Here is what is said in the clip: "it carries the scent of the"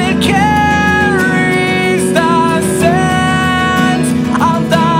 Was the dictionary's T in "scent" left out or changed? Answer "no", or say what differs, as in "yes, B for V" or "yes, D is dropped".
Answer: yes, T is dropped